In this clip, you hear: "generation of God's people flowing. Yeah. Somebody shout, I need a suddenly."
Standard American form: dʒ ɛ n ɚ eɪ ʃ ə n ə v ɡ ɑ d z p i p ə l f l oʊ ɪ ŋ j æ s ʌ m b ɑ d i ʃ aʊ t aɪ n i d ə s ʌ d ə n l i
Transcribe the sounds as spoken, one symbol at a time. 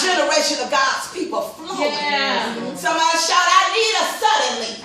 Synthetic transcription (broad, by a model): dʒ ɛ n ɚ eɪ ʃ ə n ə v ɡ ɑ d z p i p l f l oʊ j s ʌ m ɑ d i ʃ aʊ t aɪ n i d ə s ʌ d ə n l i